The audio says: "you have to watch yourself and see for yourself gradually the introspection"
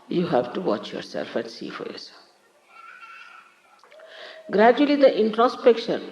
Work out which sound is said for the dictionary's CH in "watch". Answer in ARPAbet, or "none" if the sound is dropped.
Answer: CH